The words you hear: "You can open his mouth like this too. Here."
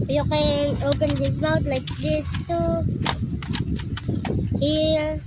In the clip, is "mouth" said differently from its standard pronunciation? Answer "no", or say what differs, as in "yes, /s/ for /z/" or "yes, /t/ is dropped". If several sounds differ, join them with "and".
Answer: yes, /t/ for /θ/